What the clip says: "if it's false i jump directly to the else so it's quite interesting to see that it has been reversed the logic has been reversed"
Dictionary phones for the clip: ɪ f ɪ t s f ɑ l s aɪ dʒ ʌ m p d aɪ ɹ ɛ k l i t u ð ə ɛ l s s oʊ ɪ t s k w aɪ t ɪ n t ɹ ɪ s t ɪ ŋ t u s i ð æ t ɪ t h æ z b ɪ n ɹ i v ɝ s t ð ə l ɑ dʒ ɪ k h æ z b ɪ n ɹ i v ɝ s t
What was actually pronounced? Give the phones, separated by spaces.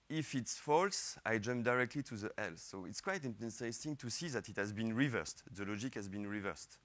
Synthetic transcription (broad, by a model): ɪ f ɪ t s f ɑ l s aɪ dʒ ʌ m p d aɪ ɹ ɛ k l i t u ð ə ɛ l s s oʊ ɪ t s k w aɪ t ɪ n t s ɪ s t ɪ ŋ t u s i ð æ t ɪ t h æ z b ɪ n ɹ i v ɝ s t ð ə l ɑ dʒ ɪ k h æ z b ɪ n ɹ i v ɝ s t